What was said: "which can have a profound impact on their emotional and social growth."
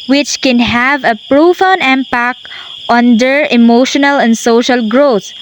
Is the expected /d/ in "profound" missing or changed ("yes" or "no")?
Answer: yes